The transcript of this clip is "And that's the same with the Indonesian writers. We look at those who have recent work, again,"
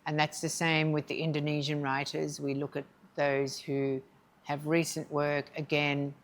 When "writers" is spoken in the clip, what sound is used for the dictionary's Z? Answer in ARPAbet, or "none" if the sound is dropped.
Z